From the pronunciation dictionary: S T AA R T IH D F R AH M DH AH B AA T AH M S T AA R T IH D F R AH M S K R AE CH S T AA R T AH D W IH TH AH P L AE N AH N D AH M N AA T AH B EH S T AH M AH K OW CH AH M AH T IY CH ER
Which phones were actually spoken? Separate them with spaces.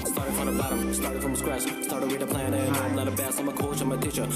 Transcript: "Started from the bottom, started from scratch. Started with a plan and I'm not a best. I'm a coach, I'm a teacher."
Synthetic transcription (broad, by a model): S T AA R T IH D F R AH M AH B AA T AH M S T AA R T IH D F R AH M S K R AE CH S T AA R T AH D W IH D AH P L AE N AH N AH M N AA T AH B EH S AH M AH K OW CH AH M AH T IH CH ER